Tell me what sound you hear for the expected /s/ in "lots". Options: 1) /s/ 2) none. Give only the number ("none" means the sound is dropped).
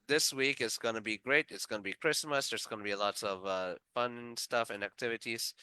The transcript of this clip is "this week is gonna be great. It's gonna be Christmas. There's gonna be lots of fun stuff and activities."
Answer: 2